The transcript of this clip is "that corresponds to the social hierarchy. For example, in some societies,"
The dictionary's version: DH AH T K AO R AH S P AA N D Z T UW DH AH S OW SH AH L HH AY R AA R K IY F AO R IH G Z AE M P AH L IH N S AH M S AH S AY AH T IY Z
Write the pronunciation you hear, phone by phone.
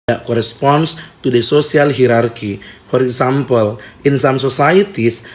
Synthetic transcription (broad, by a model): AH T K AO R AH S P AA N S T UW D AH S OW S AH L HH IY R AA R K IY F AO R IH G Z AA M P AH L IH N S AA M S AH S AY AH T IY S